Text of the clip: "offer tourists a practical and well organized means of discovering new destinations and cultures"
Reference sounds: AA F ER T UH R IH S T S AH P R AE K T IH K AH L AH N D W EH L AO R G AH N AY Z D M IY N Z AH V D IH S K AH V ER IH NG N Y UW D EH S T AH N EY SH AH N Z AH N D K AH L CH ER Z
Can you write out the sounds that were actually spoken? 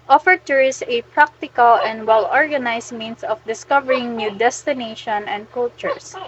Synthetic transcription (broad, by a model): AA F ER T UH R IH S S AH P R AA K T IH K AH L AH N D W EH L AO R G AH N AY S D M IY N S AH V D IH S K AH V ER IH NG N Y UW D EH S T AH N EY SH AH N AH N D K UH L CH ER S